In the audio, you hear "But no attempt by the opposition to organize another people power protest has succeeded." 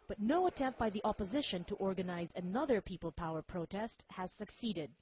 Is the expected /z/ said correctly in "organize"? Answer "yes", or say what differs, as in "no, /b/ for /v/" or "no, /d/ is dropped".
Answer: yes